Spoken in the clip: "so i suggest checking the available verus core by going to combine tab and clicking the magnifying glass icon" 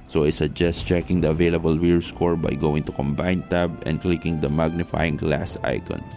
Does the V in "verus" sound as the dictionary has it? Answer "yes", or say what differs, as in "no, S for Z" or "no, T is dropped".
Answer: no, W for V